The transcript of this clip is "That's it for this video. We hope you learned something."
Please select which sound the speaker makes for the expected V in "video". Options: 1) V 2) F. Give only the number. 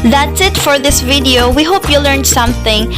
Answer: 1